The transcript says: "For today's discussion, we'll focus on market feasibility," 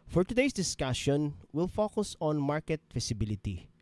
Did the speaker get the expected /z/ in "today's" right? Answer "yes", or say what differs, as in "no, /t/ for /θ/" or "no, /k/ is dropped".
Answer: no, /s/ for /z/